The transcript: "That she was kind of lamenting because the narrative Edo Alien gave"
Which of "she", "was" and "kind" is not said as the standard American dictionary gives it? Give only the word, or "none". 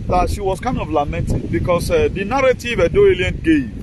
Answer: was